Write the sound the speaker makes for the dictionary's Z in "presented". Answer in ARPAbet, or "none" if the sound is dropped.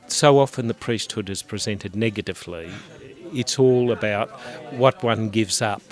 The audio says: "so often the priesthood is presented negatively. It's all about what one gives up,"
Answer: Z